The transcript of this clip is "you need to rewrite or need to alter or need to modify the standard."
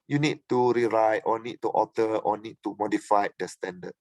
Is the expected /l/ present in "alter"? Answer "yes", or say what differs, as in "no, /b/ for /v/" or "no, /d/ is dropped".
no, /l/ is dropped